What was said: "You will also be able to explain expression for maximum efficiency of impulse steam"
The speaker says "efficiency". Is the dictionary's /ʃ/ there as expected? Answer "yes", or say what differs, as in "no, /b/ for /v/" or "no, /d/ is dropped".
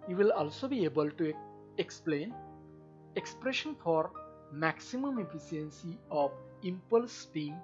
no, /s/ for /ʃ/